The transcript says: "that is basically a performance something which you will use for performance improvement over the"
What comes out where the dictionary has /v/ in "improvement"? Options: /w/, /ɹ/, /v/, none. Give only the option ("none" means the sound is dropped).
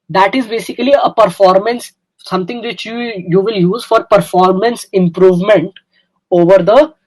/v/